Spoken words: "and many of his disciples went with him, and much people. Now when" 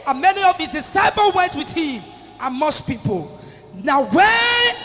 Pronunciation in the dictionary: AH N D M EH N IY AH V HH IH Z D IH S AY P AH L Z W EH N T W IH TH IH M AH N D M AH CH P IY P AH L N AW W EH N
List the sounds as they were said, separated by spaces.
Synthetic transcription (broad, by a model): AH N M EH N IY AH V HH IH Z D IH S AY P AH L W EH N T W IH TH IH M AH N M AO S P IY P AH L N AW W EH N